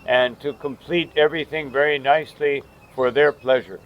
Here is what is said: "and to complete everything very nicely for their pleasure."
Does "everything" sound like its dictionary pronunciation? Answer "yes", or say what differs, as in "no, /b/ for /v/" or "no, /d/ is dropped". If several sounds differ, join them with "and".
yes